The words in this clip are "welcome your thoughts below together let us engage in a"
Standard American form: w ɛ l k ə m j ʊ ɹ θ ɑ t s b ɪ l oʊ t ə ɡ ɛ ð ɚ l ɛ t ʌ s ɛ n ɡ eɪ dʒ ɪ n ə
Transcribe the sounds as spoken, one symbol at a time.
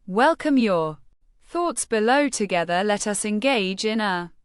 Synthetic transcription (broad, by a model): w ɛ l k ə m j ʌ θ ɑ t s b ɪ l oʊ t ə ɡ ɛ ð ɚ l ɛ t ʌ s ɛ n ɡ eɪ dʒ ɪ n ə